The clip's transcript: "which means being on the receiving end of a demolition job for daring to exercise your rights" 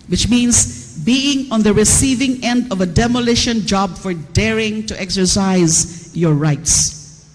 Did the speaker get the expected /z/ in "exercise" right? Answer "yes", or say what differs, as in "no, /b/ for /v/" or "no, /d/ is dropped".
yes